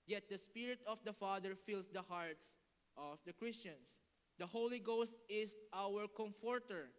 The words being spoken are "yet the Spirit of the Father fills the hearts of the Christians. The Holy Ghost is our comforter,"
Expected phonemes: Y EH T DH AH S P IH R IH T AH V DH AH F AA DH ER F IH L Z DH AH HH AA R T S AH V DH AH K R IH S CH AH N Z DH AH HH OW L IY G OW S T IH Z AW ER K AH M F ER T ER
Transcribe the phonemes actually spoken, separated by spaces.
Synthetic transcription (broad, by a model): Y EH T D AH S P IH R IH T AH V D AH F AA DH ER F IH L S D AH HH AA R T S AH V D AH K R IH S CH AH N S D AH HH OW L IY G OW S T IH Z AW ER K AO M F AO T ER